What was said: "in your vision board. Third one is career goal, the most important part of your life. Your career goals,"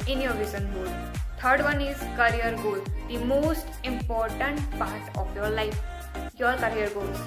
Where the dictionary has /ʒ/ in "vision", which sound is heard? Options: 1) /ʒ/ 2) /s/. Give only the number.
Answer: 2